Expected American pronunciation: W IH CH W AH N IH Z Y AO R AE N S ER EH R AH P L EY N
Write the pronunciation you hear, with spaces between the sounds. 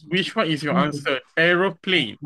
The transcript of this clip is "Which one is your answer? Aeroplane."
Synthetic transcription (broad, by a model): W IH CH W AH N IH S Y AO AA N S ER EH R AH P L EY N